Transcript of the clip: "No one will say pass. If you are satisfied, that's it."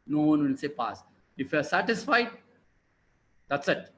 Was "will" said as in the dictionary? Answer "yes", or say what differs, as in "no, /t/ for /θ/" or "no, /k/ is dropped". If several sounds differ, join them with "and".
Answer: no, /n/ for /l/